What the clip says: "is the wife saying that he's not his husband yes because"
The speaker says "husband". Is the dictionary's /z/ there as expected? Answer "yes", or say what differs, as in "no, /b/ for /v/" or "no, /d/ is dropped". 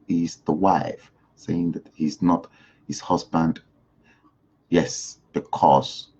yes